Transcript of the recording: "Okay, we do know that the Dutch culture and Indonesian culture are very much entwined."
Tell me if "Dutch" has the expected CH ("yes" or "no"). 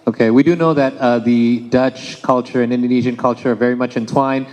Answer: yes